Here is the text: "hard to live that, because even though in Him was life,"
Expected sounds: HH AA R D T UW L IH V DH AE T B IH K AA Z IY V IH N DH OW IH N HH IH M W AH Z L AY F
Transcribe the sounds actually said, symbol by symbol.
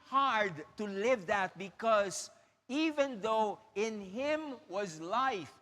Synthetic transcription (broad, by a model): HH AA R D T UW L IH V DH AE T B IH K AA Z IY V IH N DH OW IH N HH IH M W AH Z L AY F